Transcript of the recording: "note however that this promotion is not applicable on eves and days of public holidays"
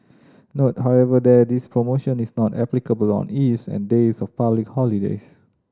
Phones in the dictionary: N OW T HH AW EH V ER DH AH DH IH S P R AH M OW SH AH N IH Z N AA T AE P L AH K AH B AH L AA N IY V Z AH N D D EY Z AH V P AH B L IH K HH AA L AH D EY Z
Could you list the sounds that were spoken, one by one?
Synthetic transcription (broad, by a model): N OW T HH AW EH V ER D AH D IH S P R AH M OW SH AH N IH S N AA T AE P L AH K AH B AH L AA N IY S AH N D D EY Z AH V P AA B L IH K HH AA L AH D EY S